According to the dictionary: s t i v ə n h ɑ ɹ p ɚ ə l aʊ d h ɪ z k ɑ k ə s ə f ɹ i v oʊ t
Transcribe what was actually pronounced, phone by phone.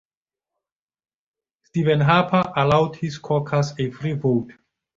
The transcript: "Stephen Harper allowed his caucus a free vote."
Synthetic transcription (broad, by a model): s t i v ə n h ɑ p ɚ ə l aʊ d h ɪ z k ɑ k ə s ə f ɹ i v oʊ t